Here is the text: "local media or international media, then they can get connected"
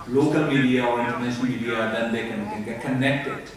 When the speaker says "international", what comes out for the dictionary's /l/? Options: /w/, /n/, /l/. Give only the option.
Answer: /n/